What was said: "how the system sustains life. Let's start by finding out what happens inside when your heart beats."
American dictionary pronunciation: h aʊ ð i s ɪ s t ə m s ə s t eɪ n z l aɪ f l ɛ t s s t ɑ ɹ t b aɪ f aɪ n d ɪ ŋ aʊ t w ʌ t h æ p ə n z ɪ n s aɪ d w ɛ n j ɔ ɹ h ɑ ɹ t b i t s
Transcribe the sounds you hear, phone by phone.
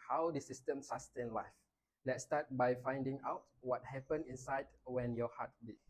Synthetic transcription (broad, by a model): h aʊ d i s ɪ s t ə m s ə s t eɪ n l aɪ f l ɛ t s s t ɑ t b aɪ f aɪ n d ɪ ŋ aʊ t w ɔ t h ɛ p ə n ɪ n s aɪ d w ɛ n j ɔ h ɑ t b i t